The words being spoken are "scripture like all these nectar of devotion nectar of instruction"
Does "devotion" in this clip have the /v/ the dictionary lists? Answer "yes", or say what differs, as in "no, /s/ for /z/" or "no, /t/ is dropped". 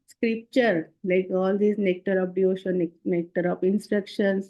no, /v/ is dropped